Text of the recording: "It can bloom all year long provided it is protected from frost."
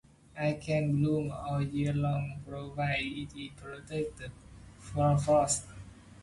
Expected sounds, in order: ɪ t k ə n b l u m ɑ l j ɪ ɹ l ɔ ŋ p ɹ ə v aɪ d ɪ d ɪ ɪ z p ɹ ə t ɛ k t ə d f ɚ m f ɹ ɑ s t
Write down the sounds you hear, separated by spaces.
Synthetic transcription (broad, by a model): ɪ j k ə n b l u m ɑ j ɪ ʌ l ɔ ŋ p ɹ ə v aɪ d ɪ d ɪ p ɹ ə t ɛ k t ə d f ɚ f ɑ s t